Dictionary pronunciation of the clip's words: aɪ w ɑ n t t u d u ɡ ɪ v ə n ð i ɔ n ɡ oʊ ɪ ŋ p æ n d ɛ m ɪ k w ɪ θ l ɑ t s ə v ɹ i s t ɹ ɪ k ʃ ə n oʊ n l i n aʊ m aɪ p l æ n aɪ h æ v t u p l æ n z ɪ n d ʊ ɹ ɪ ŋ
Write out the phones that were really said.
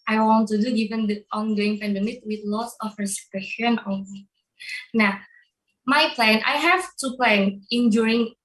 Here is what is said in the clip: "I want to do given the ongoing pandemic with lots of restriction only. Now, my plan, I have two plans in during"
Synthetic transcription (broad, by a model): aɪ w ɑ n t t u d u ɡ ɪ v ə n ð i ɔ n ɡ oʊ ɪ ŋ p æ n d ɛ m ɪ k w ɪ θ l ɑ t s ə f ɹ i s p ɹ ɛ ʃ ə n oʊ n i n aʊ m aɪ p l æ n aɪ h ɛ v t u p l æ n ɪ n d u ɹ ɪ ŋ